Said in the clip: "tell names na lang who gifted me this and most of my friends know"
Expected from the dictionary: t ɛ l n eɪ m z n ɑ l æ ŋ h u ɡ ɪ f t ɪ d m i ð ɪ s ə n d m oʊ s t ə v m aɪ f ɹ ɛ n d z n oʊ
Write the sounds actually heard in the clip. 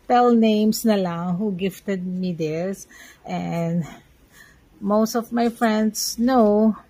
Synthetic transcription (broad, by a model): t ɛ l n eɪ m s n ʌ l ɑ ŋ h u ɡ ɪ f t ɪ d m i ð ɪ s ə n d m oʊ s t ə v m aɪ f ɹ ɛ n d s n oʊ